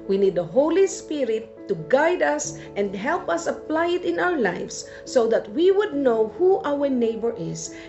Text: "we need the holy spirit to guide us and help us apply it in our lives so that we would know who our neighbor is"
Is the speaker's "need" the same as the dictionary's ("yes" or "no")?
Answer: yes